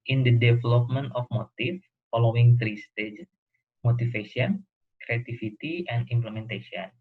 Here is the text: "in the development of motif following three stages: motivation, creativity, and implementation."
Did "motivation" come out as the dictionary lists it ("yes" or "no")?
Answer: no